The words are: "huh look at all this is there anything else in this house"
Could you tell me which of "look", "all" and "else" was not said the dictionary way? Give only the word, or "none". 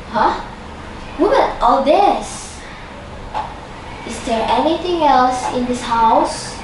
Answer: look